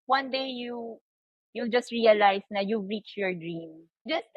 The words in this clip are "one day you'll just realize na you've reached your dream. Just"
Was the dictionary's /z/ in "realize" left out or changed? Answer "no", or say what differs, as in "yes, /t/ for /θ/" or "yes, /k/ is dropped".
yes, /s/ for /z/